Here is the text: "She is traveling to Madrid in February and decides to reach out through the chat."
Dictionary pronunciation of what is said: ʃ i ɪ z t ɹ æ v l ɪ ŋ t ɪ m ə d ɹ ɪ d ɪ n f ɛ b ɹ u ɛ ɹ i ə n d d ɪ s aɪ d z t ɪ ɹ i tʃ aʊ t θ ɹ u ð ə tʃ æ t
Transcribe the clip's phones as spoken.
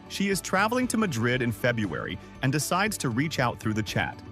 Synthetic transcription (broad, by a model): ʃ i ɪ z t ɹ æ v l ɪ ŋ t ɪ m ə d ɹ ɪ d ɪ n f ɛ b ɹ u ɛ ɹ i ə n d d ɪ s aɪ d z t ɪ ɹ i tʃ aʊ t θ ɹ u ð ə tʃ æ t